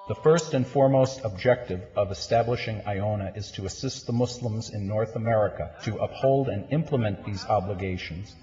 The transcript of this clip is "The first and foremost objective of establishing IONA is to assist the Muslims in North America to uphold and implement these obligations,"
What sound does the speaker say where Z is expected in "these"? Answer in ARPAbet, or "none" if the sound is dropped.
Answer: Z